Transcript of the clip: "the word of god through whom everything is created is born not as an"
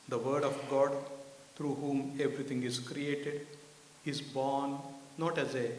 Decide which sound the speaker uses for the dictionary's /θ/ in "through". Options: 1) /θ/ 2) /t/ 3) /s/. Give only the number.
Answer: 2